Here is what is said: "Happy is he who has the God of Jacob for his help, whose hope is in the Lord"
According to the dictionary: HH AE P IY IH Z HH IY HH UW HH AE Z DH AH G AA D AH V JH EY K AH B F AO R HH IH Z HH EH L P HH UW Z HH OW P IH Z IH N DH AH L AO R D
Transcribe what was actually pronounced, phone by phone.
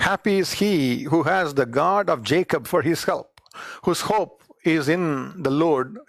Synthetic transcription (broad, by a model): HH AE P IY IH Z HH IY HH UW HH AE Z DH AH G AA D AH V JH EY K AH B F AO R HH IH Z HH EH L P HH UW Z HH OW P IH Z IH N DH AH L AO R D